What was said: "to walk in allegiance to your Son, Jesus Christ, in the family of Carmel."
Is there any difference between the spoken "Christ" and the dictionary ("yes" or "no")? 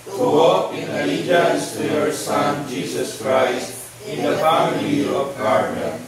no